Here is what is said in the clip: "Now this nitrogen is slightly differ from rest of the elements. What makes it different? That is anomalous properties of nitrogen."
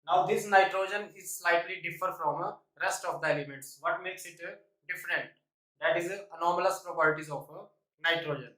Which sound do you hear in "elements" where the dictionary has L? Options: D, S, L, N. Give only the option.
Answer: L